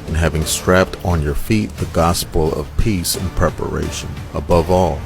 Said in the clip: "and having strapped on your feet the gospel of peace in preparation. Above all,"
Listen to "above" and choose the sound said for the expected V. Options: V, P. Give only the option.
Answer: V